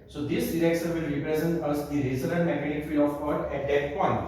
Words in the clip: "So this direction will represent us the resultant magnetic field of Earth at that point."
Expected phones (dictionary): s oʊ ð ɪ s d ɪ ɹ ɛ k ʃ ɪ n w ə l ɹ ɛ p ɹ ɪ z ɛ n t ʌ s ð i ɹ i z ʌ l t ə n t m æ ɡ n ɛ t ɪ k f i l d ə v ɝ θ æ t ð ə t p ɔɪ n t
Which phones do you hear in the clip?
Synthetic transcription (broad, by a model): s oʊ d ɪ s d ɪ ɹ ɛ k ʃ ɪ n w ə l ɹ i p ɹ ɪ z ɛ n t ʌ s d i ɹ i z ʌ t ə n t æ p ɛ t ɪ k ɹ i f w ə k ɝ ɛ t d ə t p ɔɪ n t